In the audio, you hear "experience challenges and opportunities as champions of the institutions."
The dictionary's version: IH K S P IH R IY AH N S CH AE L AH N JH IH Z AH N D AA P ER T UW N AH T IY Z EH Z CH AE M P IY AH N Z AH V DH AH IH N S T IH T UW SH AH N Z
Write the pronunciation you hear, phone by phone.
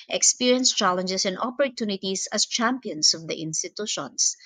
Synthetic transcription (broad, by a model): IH K S P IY R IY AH N S CH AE L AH N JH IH S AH N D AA P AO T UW N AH T IY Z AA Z CH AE M P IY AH N S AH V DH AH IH N S T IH T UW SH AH N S